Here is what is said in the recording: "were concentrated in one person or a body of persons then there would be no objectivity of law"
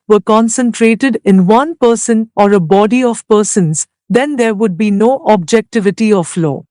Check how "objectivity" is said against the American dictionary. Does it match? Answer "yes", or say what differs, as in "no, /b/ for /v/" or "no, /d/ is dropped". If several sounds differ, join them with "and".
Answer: yes